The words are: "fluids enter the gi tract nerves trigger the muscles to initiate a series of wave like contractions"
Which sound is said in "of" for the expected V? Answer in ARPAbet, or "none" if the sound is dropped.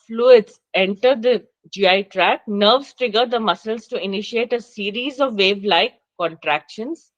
V